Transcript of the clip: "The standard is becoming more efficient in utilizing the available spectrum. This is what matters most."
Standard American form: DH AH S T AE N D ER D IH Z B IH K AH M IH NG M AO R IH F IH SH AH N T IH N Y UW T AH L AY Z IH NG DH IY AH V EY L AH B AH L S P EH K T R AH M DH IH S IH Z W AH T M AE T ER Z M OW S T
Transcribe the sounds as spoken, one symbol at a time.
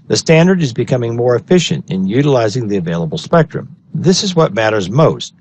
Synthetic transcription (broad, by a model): DH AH S T AE N D ER D IH Z B IH K AH M IH NG M AO R IH F IH SH AH N T IH N Y UW T AH L AY Z IH NG DH IY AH V EY L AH B L S P EH K T R AH M DH IH S IH Z W AH T M AE T ER Z M OW S T